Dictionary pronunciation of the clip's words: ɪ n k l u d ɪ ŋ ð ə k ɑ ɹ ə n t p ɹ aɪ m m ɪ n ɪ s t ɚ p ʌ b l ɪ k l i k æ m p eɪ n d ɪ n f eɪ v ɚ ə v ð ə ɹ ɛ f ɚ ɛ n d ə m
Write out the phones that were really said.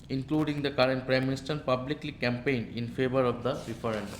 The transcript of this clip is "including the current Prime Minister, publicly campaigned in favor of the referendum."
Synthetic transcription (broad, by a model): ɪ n k l u d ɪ ŋ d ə k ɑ ɹ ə n t p ɹ aɪ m m ɪ n ɪ s t ɚ p ʌ b l ɪ k l i k æ m p eɪ n d ɪ n f eɪ v ɚ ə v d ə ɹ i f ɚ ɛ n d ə